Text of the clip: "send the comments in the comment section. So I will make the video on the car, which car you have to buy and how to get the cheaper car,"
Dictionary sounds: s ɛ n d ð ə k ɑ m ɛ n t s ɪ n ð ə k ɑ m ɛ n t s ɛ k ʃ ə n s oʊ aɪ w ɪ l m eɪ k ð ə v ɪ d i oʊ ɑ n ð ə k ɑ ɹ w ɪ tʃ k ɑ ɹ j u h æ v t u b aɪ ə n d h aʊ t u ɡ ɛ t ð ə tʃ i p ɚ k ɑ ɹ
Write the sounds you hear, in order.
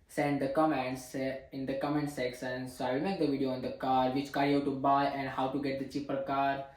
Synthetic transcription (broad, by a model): s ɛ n d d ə k ɑ m ɛ n t s ɪ n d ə k ɑ m ɛ n t s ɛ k s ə n s oʊ aɪ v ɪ l m eɪ k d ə v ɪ d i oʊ ɑ n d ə k ɑ ɹ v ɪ tʃ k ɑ ɹ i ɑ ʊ t u b aɪ ə n d h aʊ t u ɡ ɛ t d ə tʃ i p ɚ k ɑ ɹ